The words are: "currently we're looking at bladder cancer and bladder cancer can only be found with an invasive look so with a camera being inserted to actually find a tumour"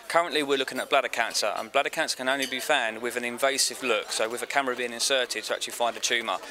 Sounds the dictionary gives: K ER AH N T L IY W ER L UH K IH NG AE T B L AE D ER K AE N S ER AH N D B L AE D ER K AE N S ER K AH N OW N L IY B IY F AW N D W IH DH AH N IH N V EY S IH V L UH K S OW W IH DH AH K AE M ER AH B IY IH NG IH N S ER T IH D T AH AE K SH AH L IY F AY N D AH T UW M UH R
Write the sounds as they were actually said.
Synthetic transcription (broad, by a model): K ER AH N T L IY W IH L UH K IH NG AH T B L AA D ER K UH N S ER AH N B L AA D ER K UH N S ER K AH N OW N L IY B IY F AW N D W IH DH AH N IH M V EY S IH V L UH K S OW W IH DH AH K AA M ER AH B IY IH NG IH N S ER T IH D T AH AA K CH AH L IY F AY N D AH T UW M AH